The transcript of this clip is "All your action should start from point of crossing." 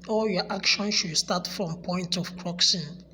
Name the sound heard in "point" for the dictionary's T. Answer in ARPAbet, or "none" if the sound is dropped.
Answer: T